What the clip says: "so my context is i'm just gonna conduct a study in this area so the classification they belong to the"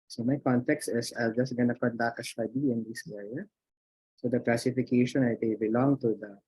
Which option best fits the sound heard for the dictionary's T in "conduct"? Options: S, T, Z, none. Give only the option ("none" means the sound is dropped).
none